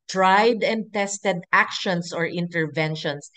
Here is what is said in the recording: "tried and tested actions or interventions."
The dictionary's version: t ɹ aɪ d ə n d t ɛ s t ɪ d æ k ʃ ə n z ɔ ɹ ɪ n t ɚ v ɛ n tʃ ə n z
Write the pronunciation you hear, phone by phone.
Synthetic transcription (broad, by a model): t ɹ aɪ d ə n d t ɛ s t ɪ d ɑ k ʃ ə n s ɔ ɹ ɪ n t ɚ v ɛ n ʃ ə n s